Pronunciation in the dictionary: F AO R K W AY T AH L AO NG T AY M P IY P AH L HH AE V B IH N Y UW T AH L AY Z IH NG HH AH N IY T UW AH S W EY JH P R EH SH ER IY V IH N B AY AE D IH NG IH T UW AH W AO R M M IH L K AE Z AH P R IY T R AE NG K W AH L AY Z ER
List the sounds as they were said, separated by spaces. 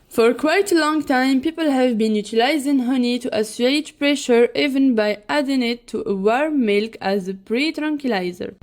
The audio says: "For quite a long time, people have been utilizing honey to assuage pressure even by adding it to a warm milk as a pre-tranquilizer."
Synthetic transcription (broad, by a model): F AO R K W AY T AH L AO NG T AY M P IY P AH L HH AE V B IH N Y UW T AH L AY Z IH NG HH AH N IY T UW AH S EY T P R EH SH ER IY V IH N B AY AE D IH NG IH T UW AH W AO R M M IH L K AE Z AH P R IY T R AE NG K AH L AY Z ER